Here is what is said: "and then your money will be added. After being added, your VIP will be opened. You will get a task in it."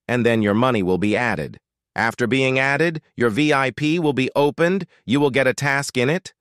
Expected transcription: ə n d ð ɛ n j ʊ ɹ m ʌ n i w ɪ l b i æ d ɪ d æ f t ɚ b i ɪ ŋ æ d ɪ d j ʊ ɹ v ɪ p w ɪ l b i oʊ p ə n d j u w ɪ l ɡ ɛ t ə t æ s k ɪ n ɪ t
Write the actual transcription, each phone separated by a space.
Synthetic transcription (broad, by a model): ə n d ð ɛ n j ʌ ɹ m ʌ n i w ɪ l b i æ d ɪ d æ f t ɚ b i ɪ ŋ æ d ɪ d j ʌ ɹ v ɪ p w ɪ l b i oʊ p ə n d j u w ɪ l ɡ ɛ t ə t æ s k ɪ n ɪ t